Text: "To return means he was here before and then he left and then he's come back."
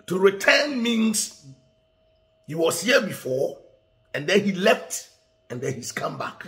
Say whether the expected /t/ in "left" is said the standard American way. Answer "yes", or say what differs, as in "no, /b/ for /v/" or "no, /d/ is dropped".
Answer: yes